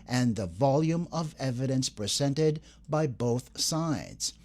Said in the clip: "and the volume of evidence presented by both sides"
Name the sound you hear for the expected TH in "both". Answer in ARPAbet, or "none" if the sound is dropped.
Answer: TH